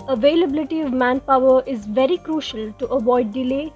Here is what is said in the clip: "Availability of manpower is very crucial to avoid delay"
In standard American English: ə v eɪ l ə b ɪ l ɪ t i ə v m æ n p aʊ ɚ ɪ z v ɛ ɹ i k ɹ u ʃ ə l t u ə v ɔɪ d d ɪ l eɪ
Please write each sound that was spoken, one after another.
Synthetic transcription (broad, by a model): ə v eɪ l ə b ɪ l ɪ t i ə v m æ n p aʊ ɚ ɪ z v ɛ ɹ i k ɹ u ʃ ə l t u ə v ɔɪ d d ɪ l eɪ